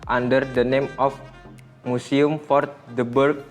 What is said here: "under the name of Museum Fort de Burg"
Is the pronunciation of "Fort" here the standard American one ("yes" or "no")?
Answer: yes